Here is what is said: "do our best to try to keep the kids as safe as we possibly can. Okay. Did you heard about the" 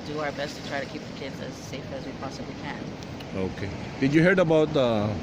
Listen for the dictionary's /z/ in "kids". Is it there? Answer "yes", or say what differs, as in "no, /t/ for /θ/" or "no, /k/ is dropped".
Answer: yes